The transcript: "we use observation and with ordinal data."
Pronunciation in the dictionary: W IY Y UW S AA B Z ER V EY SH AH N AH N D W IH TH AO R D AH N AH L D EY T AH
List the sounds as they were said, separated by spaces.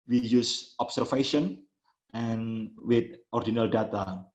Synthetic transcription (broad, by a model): W IY Y UW S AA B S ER F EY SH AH N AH N W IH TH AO R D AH N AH L D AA T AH